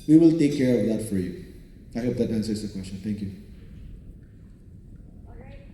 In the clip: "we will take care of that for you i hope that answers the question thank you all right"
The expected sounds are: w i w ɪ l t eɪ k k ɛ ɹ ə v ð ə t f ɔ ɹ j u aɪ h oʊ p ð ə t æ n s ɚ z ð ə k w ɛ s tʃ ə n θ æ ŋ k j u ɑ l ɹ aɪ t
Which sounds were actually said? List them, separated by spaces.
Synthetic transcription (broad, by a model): w i w ɪ l t eɪ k k ɛ ɹ ə v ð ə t f ɔ ɹ j u aɪ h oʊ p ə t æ n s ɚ s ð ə k w ɛ s tʃ ə n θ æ ŋ k j u